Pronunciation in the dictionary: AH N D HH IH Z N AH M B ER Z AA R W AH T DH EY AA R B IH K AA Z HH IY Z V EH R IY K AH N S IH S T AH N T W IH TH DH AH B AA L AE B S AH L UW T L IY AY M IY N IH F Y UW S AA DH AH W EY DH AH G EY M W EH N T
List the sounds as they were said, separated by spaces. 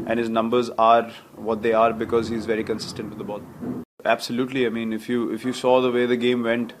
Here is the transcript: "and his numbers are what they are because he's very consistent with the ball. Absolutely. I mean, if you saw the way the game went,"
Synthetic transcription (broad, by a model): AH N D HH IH Z N AH M B ER Z AA R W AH T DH EY AA R B IH K AA Z HH IY Z V EH R IY K AH N S IH S T AH N T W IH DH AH B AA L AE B S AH L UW T L IY AY M IY N IH F Y UW S AA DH AH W EY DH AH G EY M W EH N T